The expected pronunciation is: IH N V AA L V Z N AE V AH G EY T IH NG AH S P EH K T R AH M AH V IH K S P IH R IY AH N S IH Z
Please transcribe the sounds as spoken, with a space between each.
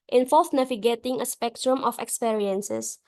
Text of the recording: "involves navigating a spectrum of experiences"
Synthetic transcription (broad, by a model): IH N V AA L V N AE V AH G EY T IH NG AH S P EH K T R AH M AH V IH K S P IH R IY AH N S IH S